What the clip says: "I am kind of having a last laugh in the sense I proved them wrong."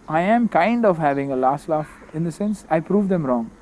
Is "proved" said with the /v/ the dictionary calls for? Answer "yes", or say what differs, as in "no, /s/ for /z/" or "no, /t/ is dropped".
yes